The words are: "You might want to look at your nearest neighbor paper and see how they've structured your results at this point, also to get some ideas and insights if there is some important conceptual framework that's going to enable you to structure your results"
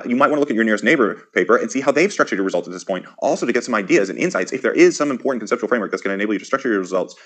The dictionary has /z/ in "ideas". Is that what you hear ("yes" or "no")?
yes